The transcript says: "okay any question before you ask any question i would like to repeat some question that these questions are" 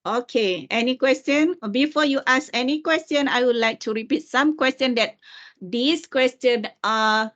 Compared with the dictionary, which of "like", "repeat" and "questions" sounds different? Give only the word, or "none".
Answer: questions